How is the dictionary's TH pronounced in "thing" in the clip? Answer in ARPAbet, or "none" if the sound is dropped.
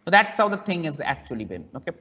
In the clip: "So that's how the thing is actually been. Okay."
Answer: T